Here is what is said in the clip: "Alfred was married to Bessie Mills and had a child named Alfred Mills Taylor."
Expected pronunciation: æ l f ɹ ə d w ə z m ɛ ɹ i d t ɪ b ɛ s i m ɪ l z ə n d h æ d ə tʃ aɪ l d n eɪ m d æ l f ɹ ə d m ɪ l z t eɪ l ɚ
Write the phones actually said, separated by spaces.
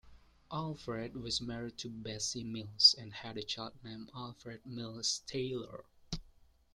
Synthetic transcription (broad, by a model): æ l f ɹ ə d w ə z m ɛ ɹ i d t ɪ b ɛ s i m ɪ l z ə n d h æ d ə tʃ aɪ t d n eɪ m æ l f ɹ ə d m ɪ l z t eɪ l ɚ